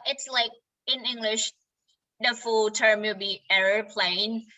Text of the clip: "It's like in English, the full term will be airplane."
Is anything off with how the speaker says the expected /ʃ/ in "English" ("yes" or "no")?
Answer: no